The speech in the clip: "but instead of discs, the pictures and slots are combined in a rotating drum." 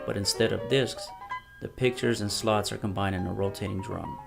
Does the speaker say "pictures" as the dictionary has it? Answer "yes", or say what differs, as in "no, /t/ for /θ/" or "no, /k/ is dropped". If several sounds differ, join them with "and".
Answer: yes